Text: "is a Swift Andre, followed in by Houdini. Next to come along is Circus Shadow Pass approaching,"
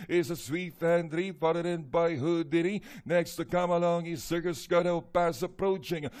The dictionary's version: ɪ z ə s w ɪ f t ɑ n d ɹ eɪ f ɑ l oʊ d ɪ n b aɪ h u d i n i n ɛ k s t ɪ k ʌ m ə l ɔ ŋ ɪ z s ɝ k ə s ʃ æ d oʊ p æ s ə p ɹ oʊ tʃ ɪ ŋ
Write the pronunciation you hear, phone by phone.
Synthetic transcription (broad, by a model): ɪ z ə s w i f æ n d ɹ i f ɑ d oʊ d ɪ n b aɪ h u d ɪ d i n ɛ k s t ɪ k ʌ m ə l ɔ ŋ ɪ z s ɝ k ə s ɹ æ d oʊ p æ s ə p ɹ oʊ tʃ ɪ ŋ